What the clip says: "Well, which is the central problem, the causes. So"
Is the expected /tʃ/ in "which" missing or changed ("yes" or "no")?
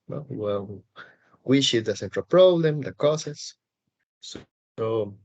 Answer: yes